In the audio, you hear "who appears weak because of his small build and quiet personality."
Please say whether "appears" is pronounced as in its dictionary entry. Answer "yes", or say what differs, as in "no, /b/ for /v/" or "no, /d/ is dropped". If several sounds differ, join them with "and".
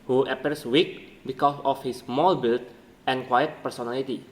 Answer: no, /s/ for /z/